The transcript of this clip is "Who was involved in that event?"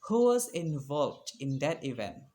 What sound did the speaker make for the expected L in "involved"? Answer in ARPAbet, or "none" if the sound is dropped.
L